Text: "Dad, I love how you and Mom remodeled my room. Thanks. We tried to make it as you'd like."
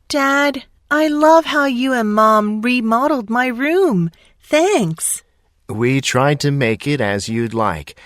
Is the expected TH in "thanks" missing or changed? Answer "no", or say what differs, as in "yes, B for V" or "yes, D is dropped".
no